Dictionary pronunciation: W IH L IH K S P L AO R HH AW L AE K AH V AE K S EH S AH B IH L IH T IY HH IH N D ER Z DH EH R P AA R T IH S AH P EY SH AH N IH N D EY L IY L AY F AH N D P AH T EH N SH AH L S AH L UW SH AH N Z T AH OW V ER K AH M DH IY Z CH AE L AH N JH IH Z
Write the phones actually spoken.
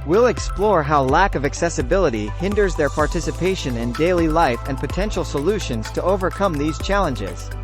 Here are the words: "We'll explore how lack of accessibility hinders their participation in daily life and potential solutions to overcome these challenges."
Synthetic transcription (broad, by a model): W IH L IH K S P L AO R HH AW L AE K AH V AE K S EH S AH B IH L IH T IY HH IH N D ER Z DH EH R P AA R T IH S AH P EY SH AH N IH N D EY L IY L AY F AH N P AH T EH N SH L S AH L UW SH AH N Z T AH OW V ER K AH M DH IY Z CH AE L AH N JH IH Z